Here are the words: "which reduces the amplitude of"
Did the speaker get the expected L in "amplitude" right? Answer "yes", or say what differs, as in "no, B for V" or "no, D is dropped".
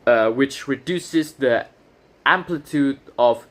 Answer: yes